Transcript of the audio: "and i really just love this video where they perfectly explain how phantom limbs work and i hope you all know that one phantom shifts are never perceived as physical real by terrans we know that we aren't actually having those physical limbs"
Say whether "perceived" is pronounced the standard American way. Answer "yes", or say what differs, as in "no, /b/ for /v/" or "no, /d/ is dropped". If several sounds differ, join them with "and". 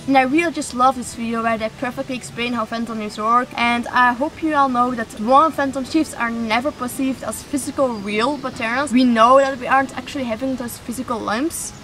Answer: yes